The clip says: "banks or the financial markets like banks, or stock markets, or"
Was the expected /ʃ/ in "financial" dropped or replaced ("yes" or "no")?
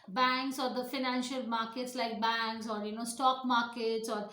no